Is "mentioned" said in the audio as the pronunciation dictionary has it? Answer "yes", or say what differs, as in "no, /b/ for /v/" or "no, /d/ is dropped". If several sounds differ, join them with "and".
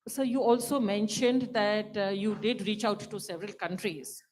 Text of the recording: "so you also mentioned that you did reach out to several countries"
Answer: yes